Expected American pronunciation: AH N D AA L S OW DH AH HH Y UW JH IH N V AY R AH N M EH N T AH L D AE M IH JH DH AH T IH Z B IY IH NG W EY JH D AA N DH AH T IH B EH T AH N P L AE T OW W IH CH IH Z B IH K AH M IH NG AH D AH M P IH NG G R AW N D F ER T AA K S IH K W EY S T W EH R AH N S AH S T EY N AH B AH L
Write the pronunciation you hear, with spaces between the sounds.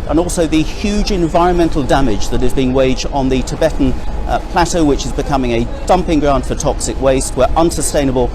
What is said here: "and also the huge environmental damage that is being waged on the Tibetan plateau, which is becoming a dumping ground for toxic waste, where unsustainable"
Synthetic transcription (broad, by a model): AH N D AA L S OW DH AH HH Y UW JH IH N V AY R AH N M EH N T L D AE M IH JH DH AH T IH Z B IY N W EY JH D N DH AH T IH B EH T N P L AE T OW W IH CH IH Z B IH K AH M IH NG AH D AH M P IH NG G R AW N D F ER T AA K S IH K W EY S T W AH R AH N S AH S T EY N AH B AH L